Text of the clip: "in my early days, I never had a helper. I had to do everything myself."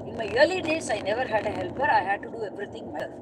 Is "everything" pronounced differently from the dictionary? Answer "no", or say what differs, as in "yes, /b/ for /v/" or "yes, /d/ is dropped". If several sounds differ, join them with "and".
yes, /t/ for /θ/